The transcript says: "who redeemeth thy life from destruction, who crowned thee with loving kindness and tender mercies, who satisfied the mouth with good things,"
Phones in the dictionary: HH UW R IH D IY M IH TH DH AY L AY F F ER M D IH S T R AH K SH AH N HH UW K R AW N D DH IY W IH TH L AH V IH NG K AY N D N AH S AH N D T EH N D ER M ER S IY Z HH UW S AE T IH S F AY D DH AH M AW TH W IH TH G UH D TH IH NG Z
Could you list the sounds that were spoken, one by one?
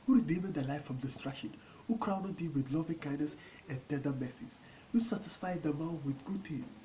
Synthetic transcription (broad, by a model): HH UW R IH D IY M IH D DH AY L AY F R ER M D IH S T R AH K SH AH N HH UW K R AW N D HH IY W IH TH L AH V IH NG K AY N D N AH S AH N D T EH D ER M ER S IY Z HH UW S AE T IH S F AY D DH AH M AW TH W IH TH G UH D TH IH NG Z